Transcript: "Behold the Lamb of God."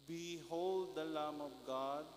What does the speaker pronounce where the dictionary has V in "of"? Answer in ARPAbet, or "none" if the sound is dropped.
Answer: B